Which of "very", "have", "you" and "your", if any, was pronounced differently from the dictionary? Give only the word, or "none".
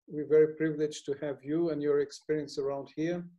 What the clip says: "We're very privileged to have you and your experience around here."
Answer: none